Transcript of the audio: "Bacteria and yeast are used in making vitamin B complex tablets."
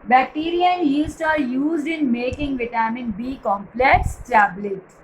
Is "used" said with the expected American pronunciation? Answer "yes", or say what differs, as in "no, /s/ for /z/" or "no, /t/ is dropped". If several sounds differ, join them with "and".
yes